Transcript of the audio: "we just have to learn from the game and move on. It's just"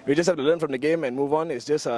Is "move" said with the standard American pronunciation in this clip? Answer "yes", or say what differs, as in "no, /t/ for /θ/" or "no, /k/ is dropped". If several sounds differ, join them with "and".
yes